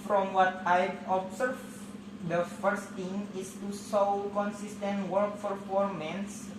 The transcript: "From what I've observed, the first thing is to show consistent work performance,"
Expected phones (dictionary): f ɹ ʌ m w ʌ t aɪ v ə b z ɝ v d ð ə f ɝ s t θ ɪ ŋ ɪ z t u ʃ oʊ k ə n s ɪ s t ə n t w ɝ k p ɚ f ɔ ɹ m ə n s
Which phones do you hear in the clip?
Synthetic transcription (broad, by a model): f ɹ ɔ m w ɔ t aɪ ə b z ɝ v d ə f ɝ s t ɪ ŋ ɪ s t u s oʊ k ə n s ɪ s t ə n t w ɝ k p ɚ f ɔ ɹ m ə n s